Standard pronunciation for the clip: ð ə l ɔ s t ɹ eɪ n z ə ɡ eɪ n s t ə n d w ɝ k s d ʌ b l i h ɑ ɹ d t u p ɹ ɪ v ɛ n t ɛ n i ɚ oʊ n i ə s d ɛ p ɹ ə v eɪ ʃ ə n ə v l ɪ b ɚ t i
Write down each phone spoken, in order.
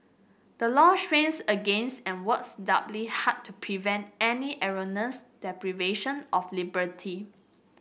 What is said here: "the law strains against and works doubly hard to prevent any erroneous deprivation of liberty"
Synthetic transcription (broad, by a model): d ə l ɔ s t ɹ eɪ n s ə ɡ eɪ n s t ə n w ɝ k s d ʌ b l i h ɑ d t u p ɹ ɪ v ɛ n t ɛ n i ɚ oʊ n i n s d ɛ p ɹ ə v eɪ ʃ ə n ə f l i b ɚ t i